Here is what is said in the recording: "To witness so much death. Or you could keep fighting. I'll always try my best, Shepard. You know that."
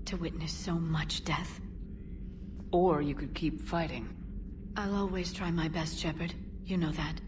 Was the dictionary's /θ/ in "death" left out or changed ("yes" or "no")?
no